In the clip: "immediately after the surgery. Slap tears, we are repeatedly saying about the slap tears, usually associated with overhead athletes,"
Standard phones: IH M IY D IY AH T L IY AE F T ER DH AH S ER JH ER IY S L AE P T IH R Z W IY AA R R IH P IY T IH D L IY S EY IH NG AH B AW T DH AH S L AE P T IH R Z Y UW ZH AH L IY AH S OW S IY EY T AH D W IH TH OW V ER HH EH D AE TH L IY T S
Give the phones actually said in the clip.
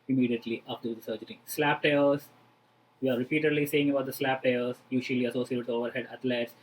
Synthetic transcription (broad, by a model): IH M IY D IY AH T L IY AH P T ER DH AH S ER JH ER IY S L AE P T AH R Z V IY AA R R IH P IY T IH D L IY S EY IH NG AH B AW T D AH S L AE P T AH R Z Y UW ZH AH L IY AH S OW S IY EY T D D OW V ER HH EH D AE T L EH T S